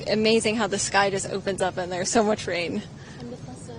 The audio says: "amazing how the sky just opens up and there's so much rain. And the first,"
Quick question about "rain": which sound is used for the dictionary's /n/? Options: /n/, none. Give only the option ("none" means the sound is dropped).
none